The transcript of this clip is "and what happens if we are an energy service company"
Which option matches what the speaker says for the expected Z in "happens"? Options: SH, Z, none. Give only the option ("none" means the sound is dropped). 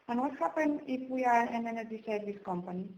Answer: none